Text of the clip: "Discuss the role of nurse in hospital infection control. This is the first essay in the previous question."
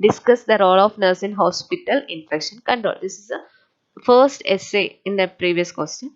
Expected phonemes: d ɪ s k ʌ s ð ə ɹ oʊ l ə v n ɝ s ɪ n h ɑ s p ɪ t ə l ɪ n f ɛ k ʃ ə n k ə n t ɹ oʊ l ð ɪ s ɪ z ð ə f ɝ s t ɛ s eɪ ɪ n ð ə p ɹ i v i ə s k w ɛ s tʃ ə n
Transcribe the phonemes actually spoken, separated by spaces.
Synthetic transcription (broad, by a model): d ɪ s k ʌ s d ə ɹ oʊ l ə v n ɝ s ɪ n h ɑ s p ɪ t ə l ɪ n f ɛ k ʃ ə n k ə n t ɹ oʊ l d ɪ s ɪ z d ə f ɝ s t ɛ s eɪ ɪ n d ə p ɹ i v i ə s k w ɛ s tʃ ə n